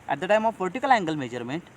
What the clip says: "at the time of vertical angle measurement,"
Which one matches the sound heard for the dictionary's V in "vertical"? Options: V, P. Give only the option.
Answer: P